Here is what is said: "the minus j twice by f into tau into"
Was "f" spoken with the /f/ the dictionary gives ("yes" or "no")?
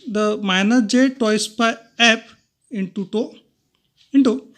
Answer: no